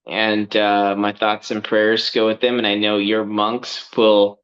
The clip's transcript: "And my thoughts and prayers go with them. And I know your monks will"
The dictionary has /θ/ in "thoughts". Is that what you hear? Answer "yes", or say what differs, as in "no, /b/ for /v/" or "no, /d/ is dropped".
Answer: yes